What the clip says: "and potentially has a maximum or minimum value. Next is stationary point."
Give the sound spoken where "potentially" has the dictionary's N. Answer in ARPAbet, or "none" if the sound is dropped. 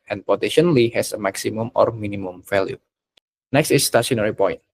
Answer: none